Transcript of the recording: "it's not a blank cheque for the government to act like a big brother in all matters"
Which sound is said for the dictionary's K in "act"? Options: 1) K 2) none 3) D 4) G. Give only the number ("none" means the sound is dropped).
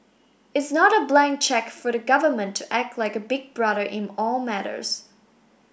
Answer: 1